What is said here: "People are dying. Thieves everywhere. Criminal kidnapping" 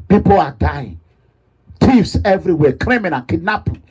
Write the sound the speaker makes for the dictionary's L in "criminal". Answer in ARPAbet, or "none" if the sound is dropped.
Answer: N